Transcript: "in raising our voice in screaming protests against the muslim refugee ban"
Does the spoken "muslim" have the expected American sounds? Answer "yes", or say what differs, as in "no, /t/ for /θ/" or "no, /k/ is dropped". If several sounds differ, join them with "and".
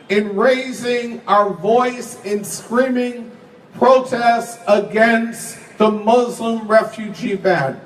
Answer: yes